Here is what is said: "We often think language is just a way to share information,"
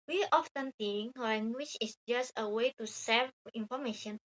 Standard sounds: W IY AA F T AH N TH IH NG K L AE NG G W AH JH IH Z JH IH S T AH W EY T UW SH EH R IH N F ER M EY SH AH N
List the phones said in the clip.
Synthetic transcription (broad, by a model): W IY AA F T AH N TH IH NG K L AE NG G W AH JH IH S JH IH S T AH W EY T UW S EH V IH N F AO M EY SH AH N